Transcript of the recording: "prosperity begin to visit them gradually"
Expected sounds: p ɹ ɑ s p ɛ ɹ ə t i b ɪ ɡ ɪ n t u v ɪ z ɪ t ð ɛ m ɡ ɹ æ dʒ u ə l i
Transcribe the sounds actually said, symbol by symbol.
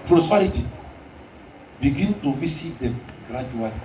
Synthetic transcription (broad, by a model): p ɹ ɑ s p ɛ ɹ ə t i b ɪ ɡ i n t u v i s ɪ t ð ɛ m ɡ ɹ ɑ dʒ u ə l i